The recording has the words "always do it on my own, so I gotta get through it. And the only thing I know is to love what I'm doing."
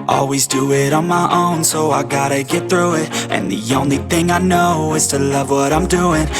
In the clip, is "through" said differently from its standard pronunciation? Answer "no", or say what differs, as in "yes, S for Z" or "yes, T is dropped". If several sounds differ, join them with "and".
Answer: no